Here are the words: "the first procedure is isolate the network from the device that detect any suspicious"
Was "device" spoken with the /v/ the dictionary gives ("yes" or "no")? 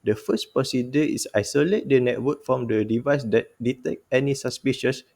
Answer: yes